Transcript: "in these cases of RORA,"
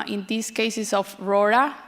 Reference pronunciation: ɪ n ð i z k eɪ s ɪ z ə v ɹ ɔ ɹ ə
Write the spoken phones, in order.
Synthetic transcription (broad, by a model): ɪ n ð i s k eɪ s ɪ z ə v ɹ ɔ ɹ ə